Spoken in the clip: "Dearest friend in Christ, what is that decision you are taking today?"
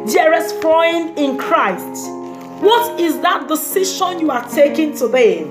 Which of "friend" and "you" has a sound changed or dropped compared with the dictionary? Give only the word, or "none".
friend